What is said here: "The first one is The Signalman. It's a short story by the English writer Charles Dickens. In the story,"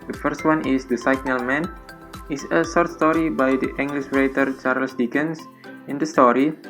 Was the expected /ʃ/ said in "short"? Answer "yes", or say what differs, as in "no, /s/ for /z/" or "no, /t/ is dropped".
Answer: no, /s/ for /ʃ/